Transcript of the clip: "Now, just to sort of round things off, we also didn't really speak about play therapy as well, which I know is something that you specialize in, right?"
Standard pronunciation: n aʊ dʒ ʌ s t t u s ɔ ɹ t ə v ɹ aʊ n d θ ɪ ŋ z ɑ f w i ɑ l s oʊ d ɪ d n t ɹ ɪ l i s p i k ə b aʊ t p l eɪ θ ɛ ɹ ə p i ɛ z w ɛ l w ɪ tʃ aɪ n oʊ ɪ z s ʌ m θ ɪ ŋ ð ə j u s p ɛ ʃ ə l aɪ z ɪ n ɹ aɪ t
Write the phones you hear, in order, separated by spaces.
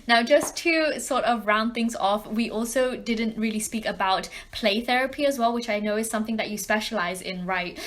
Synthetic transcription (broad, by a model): n aʊ dʒ ʌ s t t u s ɔ ɹ t ə v ɹ aʊ n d θ ɪ ŋ z ɑ f w i ɑ l s oʊ d ɪ d n t ɹ ɪ l i s p i k ə b aʊ t p l eɪ θ ɛ ɹ ə p i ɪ z w ɛ l w ɪ tʃ aɪ n oʊ ɪ z s ʌ m θ ɪ ŋ ð ə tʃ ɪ s p ɛ ʃ ə l aɪ z ɪ n ɹ aɪ t